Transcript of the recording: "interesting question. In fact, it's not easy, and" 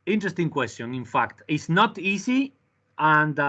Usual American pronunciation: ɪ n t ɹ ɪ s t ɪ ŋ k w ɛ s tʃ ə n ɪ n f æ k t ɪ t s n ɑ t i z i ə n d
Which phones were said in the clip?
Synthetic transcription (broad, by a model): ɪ n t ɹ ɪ s t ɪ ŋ k w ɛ s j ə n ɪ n f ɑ k t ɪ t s n ɑ t i s i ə n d